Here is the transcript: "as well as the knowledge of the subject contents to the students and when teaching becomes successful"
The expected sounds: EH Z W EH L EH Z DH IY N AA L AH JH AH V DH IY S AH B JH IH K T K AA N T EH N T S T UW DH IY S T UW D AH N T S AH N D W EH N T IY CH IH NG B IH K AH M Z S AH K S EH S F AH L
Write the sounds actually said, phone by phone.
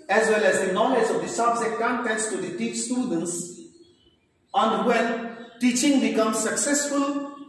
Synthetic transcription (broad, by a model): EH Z W EH L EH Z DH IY N AA L AH JH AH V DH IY S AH B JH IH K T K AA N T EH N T S T UW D IY S T UW D AH N T S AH N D W EH N T IY CH IH NG B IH K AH M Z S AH K S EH S F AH L